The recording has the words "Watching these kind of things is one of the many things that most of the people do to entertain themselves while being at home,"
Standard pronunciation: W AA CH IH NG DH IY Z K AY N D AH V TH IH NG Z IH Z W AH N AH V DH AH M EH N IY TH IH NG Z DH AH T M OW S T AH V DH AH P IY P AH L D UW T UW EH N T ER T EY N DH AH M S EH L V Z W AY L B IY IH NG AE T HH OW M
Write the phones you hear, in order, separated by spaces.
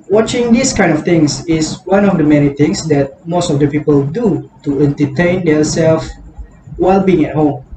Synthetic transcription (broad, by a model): W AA CH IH NG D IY S K AY N D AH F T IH NG S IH S W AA N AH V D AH M EH N IY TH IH NG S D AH T M OW S T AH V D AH P IY P AH L D UW T UW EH N T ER T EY N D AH S EH L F W AY L B IY IH NG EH T HH OW M